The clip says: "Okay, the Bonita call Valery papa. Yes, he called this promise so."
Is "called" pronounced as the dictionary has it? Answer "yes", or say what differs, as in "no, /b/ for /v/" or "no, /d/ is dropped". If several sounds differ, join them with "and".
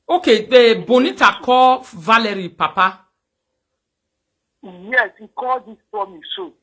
no, /l/ is dropped